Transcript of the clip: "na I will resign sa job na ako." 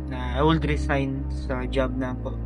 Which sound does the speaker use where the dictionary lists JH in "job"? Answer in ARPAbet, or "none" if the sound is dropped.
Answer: JH